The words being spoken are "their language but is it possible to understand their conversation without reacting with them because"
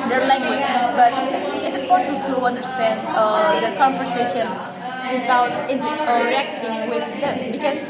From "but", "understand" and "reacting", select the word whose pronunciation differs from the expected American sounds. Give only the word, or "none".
none